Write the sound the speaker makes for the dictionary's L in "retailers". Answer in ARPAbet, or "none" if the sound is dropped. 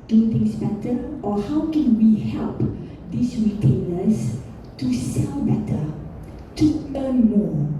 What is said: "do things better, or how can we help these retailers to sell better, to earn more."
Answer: N